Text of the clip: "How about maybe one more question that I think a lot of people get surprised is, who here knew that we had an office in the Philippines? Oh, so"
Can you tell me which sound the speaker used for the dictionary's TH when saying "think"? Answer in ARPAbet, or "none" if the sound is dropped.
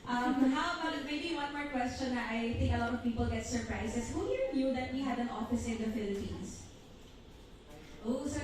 T